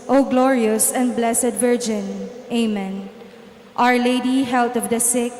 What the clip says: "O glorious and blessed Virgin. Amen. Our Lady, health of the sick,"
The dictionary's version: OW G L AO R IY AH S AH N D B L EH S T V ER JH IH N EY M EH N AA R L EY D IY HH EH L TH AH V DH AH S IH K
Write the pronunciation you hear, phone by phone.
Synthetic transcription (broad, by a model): OW G L AO R IY AH S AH N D B L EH S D V ER JH IH N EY M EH N AA R L EY D IY HH EH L T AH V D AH S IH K